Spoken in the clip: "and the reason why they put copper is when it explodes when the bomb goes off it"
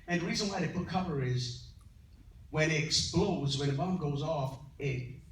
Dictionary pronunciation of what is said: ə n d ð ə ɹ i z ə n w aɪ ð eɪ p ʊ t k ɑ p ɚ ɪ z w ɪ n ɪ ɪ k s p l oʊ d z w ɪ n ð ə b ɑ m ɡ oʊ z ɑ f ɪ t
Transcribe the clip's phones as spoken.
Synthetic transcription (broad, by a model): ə n ð ə ɹ i z ə n w aɪ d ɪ p ʊ t k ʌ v ɚ ɪ z w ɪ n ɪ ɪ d s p l oʊ z w ɪ n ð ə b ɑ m ɡ oʊ z ɑ f ɪ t